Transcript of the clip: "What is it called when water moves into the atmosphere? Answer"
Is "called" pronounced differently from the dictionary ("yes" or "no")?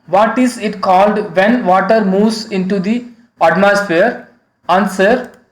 no